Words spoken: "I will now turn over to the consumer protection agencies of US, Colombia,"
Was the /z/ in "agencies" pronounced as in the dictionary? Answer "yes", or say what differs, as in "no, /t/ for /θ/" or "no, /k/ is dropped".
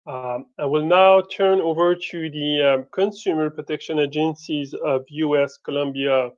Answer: yes